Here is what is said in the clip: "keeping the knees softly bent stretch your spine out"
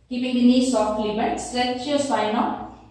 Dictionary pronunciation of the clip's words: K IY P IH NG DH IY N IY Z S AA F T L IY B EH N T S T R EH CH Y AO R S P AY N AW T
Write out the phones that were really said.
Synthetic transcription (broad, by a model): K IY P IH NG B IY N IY S AA F T L IY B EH T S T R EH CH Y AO S P AY N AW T